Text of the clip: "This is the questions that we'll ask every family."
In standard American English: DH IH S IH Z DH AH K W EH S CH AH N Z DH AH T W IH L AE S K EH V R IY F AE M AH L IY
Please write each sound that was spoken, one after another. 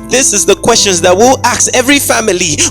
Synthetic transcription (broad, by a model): DH IH S IH Z DH AH K W EH S CH AH N Z DH AH T W IH L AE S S EH V R IY F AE M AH L IY